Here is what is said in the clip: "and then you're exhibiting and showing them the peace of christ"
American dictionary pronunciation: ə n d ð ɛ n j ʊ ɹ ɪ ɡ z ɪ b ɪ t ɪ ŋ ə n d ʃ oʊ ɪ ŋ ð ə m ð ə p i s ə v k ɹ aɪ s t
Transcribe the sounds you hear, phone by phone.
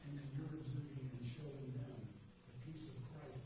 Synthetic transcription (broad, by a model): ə n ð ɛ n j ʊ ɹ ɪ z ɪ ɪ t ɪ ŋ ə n ʃ oʊ ɪ ŋ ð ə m ð ə p i s ə v k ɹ aɪ s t